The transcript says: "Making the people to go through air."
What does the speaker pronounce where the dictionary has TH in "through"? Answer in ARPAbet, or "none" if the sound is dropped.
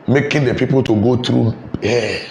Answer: T